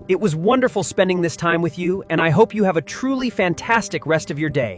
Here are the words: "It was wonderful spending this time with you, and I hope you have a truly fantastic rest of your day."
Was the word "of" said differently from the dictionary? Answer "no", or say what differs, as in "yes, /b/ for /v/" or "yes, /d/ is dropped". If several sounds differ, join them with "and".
no